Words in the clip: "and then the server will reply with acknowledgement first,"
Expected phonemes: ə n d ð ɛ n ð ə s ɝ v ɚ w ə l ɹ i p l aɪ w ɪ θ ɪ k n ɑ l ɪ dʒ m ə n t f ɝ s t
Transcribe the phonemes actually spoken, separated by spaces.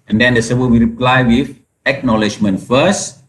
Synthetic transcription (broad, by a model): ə n d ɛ n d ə s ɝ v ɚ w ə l ɹ i p l aɪ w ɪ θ ɪ k n ɑ l ɪ dʒ m ə n t f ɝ s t